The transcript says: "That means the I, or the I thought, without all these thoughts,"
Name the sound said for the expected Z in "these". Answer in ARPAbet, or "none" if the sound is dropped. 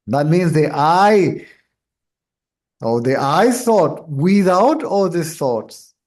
none